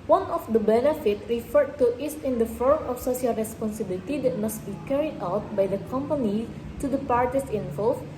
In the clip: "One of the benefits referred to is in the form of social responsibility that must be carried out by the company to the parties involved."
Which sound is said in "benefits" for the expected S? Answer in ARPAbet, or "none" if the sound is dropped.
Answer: none